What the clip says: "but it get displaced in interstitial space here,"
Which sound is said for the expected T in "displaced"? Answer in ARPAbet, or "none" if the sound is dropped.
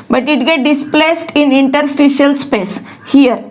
T